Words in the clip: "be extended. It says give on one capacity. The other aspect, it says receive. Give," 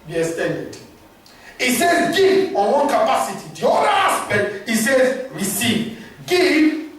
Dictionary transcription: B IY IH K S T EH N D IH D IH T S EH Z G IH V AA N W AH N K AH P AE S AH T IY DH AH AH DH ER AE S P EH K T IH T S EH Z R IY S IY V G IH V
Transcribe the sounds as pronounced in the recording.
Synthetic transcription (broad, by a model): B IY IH S T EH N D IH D IH T S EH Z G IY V AA N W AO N K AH P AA S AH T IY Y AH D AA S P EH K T IH T S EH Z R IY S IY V G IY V